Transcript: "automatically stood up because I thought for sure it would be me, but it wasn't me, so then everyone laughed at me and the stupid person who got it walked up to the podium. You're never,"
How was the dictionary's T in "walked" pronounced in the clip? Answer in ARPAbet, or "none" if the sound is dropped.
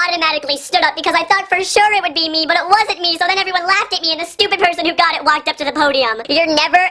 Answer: T